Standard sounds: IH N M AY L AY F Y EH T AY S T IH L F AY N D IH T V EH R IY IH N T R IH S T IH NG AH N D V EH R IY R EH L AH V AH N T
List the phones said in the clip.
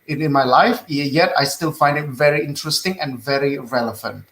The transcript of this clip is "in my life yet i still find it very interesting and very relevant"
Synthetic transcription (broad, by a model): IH N M AY L AY F Y EH T AY S T IH L F AY N D IH T V EH R IY IH N T R IH S T IH NG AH N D V EH R IY R EH L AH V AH N T